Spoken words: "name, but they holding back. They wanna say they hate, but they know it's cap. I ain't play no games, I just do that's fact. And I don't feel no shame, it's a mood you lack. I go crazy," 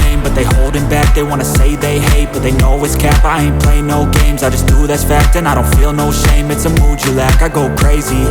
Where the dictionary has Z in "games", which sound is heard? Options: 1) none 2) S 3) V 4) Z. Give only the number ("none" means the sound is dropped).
4